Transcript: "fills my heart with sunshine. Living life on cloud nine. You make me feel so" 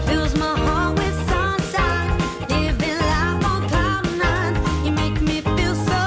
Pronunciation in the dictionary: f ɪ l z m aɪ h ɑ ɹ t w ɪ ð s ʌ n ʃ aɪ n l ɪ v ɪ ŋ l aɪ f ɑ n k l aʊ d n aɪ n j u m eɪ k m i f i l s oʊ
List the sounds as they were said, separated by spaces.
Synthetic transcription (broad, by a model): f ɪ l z m aɪ h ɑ w ɪ ð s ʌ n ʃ aɪ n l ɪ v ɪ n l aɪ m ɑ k aʊ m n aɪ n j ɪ m eɪ k m i f i l s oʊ